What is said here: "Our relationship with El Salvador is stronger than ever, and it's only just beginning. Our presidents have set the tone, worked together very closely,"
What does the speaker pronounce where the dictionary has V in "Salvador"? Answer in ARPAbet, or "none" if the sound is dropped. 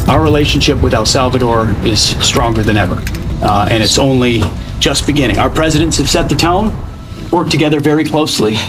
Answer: V